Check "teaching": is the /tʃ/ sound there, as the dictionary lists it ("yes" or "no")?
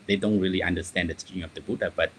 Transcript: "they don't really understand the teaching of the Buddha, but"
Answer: no